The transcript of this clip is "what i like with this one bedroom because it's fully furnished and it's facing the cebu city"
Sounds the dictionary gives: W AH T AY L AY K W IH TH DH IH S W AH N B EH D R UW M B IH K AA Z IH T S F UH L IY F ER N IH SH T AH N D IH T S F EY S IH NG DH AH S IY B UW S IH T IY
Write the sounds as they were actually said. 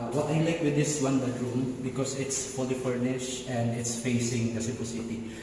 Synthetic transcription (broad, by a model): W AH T AY L AY K W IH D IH S W AH N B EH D R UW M B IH K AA S IH T S P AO L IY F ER N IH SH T AH N D IH T S F EY S IH NG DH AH S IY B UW S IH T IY